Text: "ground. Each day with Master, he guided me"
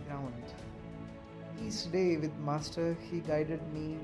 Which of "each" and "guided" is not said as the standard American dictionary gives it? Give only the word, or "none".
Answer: each